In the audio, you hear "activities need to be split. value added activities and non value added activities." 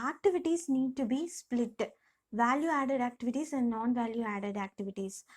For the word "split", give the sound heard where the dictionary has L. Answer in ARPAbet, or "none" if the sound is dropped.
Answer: L